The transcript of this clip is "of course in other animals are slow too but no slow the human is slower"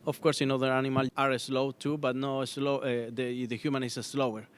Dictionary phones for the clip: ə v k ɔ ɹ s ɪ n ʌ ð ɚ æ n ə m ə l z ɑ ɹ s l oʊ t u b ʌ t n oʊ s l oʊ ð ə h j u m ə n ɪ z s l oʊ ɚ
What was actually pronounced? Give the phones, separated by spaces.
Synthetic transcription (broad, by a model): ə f k ɔ ɹ s ɪ n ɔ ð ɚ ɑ n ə m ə l ɑ ɹ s l oʊ t u b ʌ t n oʊ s l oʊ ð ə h j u m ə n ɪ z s l oʊ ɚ